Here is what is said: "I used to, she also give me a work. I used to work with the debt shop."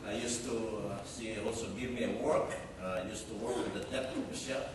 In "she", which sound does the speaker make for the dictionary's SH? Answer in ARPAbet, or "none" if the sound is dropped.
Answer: S